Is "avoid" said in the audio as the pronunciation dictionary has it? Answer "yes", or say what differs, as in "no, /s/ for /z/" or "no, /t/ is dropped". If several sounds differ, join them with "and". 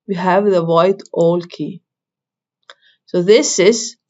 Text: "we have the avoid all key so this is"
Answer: no, /v/ is dropped